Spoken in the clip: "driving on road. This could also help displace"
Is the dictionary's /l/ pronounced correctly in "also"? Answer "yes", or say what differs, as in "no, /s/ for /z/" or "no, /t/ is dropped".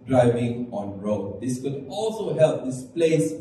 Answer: yes